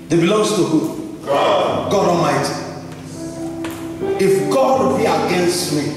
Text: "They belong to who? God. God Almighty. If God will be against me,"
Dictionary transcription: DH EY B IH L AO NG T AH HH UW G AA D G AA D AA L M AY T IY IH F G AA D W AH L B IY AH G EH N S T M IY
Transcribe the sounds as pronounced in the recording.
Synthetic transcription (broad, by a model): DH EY B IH L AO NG T AH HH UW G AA G AA D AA M AY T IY IH F G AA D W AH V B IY AH G EH N S T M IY